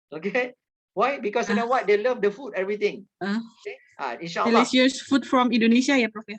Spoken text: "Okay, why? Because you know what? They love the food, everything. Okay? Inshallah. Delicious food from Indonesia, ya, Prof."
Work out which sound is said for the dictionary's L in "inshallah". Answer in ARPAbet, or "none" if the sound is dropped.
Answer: none